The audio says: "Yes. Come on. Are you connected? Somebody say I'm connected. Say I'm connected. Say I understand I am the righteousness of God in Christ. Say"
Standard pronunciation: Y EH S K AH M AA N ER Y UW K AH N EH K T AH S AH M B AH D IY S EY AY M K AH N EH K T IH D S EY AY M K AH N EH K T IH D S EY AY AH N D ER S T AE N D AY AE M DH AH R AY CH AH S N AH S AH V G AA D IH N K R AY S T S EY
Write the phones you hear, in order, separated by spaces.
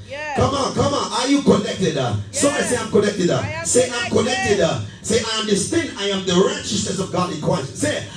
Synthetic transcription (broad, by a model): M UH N K AH M AA N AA Y UW K AH N EH K T AH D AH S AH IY S EY AY M K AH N EH K T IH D S EY AY M K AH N EH K T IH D S EY AY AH N D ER S T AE N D AY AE M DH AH R AY CH AH S N AH S AH V G AA D IH N K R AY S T S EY